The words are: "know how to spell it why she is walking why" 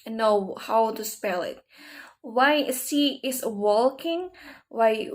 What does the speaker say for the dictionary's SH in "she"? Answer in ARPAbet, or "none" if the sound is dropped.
S